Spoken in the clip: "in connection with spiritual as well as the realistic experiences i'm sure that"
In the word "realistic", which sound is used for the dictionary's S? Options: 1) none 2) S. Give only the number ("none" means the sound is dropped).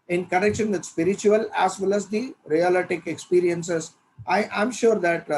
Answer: 1